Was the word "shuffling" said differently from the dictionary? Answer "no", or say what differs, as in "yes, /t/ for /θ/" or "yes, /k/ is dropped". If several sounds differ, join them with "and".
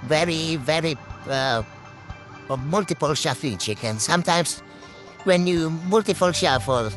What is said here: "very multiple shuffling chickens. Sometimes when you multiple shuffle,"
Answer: yes, /l/ is dropped